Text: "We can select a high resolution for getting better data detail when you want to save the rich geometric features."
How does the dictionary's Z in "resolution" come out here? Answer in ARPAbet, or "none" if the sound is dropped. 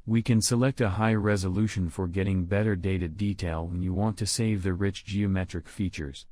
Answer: Z